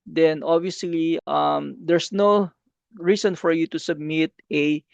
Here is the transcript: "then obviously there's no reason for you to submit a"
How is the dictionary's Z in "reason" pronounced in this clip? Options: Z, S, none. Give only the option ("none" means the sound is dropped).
S